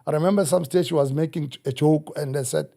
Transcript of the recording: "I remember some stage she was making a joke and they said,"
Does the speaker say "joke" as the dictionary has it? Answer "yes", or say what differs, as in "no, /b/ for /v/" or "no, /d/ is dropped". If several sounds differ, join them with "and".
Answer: no, /tʃ/ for /dʒ/